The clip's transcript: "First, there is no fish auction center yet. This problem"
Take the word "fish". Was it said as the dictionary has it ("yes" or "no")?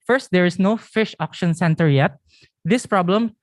yes